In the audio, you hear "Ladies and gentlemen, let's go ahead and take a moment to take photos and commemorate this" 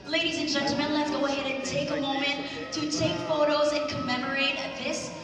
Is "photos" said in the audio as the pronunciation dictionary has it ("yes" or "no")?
yes